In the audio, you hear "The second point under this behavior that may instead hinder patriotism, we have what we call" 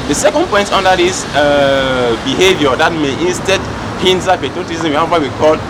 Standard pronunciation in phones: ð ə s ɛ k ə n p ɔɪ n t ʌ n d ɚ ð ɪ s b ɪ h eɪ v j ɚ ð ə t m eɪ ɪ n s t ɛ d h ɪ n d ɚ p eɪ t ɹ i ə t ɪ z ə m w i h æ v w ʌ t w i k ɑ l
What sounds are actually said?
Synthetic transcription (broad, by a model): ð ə s ɛ k ə n p ɔɪ n t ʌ n d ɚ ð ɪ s b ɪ h eɪ v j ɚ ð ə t m eɪ ɪ n s t ɛ d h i n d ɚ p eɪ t i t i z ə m w i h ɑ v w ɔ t w i k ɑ l